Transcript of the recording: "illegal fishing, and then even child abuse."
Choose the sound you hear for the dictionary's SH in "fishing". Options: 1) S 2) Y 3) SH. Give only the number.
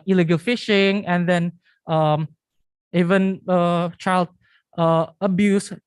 3